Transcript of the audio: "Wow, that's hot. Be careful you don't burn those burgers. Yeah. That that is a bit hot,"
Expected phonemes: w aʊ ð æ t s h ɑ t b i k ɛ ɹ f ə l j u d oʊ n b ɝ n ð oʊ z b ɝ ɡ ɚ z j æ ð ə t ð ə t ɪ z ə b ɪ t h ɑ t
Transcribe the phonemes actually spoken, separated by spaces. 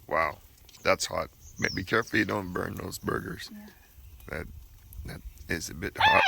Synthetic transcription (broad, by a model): w aʊ ð æ t s h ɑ t b i k ɛ ɹ f l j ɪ d oʊ n b ɝ n ð oʊ z b ɝ ɡ ɚ z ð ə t ð ə t ɪ z ə b ɪ t h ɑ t